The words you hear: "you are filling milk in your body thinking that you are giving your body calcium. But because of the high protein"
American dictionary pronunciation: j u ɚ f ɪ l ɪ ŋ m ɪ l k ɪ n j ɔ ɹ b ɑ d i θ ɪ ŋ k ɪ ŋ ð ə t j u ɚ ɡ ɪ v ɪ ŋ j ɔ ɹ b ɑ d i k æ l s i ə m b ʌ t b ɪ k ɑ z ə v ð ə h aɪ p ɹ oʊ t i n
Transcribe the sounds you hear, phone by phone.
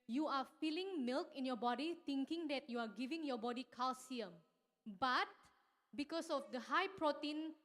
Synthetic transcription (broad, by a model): j u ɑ f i l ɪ ŋ m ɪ l k ɪ n j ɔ b ɑ d i t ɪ ŋ k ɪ ŋ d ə t j u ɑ ɡ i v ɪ ŋ j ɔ b ɑ d i k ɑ l s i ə m b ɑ t b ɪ k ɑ s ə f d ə h aɪ p ɹ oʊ t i n